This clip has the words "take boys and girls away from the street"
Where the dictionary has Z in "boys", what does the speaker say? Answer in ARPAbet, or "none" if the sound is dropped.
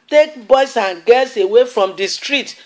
S